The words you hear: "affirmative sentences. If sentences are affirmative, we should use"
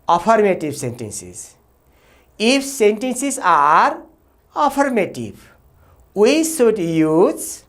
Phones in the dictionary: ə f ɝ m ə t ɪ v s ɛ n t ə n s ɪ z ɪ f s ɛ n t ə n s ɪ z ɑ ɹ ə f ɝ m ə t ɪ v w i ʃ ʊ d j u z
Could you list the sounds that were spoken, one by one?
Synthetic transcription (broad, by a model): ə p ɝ m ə t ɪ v s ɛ n t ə n s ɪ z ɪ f s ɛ n t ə n s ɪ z ɑ ɹ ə p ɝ m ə t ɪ b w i s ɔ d j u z